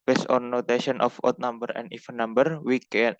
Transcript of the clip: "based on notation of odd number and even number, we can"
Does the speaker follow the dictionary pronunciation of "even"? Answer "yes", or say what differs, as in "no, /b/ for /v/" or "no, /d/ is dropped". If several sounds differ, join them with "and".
no, /f/ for /v/